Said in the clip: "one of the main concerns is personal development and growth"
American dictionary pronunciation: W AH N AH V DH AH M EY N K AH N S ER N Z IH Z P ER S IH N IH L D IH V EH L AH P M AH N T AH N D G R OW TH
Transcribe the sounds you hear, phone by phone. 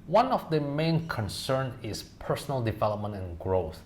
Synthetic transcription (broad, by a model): W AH N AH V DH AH M EY N K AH N S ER N IH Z P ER S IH N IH L D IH V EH L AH P M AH N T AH N G R OW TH